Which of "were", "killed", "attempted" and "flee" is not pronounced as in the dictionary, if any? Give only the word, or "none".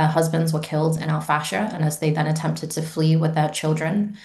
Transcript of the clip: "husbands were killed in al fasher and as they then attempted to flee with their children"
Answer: none